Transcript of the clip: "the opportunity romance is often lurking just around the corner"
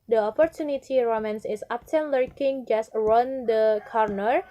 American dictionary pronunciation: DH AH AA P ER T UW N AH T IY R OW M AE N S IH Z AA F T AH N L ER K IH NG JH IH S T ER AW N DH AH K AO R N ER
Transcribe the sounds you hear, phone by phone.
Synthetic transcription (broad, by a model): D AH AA P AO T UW N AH T IY R OW M AE N S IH S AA P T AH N L ER K IH NG JH IH S T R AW N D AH K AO R N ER